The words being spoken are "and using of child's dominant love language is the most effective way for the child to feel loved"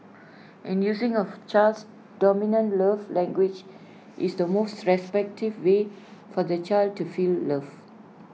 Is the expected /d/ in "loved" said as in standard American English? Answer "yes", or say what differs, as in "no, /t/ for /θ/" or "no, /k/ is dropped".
no, /d/ is dropped